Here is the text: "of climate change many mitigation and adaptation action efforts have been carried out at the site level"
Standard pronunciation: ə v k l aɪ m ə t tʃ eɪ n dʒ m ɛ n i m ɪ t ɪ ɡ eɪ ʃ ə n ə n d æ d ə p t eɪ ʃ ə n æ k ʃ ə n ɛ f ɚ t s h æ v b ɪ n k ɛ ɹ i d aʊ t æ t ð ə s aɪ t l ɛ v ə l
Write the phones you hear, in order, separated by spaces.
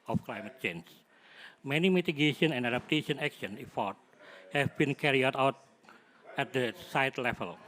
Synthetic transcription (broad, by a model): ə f k l aɪ m ə t tʃ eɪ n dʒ m ɛ n i m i t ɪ ɡ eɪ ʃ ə n ə n d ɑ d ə p t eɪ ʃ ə n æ k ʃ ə n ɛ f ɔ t h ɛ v b ɪ n k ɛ ɹ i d aʊ t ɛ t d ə s aɪ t l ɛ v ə l